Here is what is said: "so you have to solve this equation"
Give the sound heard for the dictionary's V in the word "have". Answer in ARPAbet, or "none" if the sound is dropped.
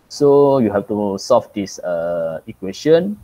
F